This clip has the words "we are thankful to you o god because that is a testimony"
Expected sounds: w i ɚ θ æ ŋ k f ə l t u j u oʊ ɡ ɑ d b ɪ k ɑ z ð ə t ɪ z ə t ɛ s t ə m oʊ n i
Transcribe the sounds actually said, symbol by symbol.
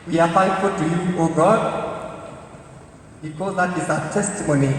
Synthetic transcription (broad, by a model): w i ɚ f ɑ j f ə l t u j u oʊ ɡ ɑ d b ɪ k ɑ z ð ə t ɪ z ə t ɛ s t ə m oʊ n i